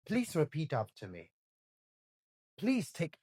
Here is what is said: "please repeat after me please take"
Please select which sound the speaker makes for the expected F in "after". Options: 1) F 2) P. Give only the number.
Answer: 2